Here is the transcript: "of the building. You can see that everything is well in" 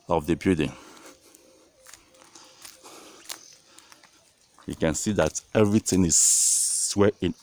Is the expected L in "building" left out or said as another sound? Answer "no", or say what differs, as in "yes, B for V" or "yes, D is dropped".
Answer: yes, L is dropped